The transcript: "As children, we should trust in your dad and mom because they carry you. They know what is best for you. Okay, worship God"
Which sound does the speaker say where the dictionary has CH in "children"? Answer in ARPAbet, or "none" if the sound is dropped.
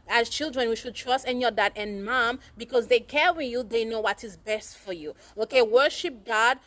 CH